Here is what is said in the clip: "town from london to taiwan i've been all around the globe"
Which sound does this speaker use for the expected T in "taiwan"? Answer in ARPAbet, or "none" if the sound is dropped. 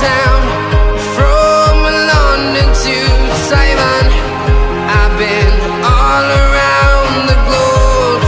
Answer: S